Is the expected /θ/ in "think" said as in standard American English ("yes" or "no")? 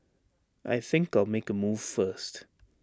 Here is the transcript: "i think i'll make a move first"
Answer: yes